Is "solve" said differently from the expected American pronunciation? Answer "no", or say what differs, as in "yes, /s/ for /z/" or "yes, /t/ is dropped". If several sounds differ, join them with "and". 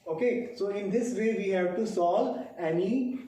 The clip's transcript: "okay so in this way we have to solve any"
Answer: yes, /v/ is dropped